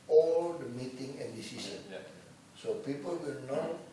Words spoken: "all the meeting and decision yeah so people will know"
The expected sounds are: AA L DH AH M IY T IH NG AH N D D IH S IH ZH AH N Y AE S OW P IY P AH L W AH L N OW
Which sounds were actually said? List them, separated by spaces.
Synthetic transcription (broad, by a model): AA L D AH M IY T IH NG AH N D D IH S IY S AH N S OW P IY P AH L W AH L N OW